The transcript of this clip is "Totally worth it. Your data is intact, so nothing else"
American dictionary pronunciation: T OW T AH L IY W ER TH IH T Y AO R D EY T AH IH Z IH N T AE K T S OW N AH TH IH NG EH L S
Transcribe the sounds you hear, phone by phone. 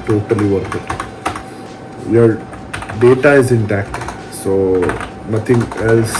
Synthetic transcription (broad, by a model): T OW T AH L IY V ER T IH T Y AO R D EY T AH IH Z IH N T AE K T S OW N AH T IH NG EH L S